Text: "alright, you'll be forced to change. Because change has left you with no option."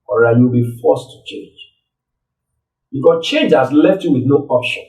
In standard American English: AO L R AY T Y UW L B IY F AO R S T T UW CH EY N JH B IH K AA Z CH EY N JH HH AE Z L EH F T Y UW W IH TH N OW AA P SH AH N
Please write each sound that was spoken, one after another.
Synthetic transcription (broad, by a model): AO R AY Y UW W B IY F AO S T T UW CH EY N JH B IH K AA S CH EY N JH HH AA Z L EH F T Y UW W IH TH N OW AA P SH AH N